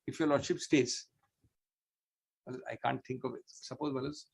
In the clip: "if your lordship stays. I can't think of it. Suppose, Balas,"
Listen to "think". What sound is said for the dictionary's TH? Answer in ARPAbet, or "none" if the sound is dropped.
T